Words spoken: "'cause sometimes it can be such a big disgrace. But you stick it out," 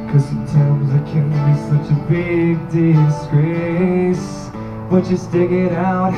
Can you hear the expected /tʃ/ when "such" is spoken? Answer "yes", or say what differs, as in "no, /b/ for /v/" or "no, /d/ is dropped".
yes